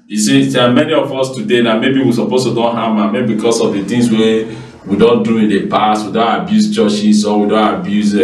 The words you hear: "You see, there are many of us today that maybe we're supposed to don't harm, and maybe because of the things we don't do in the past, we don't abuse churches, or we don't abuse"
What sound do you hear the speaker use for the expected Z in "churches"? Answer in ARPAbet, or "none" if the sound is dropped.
S